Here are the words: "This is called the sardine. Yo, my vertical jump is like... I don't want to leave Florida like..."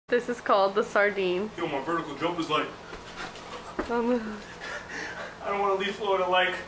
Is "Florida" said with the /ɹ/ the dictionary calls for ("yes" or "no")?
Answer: no